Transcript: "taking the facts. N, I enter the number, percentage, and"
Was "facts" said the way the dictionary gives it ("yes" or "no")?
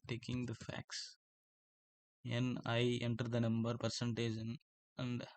yes